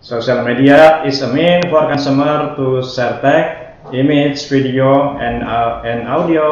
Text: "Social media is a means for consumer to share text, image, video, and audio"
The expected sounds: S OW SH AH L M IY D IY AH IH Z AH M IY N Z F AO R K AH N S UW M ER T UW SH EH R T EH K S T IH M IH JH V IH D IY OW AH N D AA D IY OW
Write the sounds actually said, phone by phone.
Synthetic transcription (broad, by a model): S OW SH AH L M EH D IY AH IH S AH M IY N F AO R K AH N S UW M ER T UW S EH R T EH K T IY M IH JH F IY D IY OW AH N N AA D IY OW